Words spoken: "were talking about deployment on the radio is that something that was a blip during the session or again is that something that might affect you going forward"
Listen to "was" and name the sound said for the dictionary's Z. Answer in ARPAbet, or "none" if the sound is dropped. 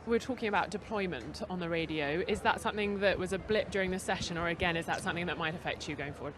Z